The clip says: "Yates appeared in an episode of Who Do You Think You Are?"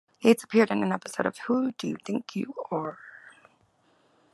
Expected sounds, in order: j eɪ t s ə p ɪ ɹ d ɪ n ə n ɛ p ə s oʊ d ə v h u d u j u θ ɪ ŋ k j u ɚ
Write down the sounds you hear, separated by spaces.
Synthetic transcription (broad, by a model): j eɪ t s ə p ɪ ɹ d ɪ n ə n ɛ p ə s oʊ d ə v h u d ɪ j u θ ɪ ŋ k j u ɚ